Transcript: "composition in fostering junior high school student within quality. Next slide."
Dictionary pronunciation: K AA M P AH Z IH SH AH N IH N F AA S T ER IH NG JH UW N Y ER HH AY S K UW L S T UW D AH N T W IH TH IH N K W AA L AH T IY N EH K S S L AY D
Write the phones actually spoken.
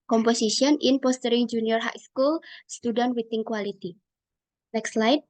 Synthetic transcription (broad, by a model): K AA M P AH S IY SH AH N IH N P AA S T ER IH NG JH UW N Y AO HH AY S K UW L S T UW D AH N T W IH T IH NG K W AA L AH T IY N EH K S S L AY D